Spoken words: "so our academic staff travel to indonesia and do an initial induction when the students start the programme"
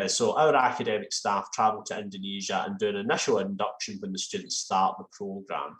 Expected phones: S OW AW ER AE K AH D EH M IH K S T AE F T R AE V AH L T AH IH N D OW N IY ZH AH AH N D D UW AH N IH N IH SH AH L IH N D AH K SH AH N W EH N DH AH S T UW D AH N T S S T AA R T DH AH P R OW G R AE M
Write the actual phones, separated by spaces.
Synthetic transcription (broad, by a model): S OW AW ER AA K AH D EH M IH K S T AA F T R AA V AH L T AH IH N D OW N IY ZH AH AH N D D UW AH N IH N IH SH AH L IH N D AH K SH AH N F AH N DH AH S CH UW D N T S S T AA R T DH AH P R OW G R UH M